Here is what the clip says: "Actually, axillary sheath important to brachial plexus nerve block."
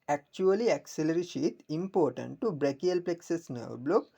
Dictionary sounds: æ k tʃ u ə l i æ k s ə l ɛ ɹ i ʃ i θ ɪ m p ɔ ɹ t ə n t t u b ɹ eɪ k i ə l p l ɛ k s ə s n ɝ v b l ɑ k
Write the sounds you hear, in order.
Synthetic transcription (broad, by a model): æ k tʃ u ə l i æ k s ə l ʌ ɹ i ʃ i t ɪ m p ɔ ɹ t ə n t t u b ɹ eɪ k i ə l p l ɛ k s ə s n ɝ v b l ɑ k